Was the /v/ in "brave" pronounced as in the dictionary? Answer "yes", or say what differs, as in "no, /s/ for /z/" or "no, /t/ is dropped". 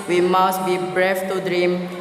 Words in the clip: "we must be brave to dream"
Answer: no, /f/ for /v/